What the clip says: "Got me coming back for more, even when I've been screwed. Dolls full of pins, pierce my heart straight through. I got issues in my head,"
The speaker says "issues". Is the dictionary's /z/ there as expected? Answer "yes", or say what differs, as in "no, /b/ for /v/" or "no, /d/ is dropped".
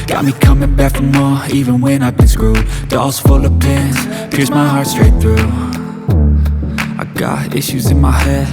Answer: yes